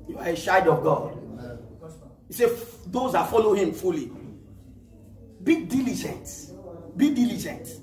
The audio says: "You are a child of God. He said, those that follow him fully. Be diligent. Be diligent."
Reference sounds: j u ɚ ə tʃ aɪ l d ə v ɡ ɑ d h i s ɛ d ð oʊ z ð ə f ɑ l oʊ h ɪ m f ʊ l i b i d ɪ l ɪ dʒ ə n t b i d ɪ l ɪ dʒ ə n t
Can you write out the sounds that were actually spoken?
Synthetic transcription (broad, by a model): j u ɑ ə ʃ aɪ d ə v ɡ ɑ d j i s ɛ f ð oʊ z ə f ɑ l oʊ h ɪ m f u l i b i d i l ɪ dʒ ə n t b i d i l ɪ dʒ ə n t